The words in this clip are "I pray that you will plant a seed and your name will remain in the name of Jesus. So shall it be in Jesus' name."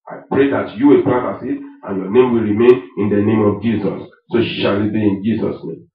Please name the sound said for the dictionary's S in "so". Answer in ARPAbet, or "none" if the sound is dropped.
SH